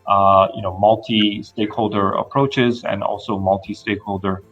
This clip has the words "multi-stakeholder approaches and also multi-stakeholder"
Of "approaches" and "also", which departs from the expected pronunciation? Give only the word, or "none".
none